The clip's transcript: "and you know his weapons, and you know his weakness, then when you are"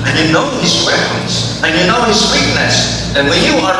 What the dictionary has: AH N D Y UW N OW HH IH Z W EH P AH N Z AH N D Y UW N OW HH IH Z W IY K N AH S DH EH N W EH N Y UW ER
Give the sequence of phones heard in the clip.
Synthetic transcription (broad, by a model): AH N Y UW N OW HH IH S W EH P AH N S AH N Y UW N OW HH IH S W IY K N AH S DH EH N W EH N Y UW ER